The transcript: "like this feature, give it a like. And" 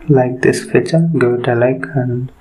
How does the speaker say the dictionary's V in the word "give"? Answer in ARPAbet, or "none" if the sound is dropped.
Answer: none